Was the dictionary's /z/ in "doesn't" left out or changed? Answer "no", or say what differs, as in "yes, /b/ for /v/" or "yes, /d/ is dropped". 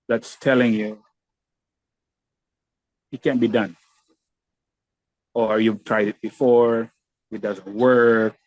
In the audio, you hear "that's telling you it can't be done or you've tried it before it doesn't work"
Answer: no